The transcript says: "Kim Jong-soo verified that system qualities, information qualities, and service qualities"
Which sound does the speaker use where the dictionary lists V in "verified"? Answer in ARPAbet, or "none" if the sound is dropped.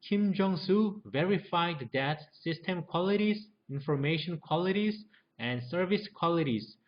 V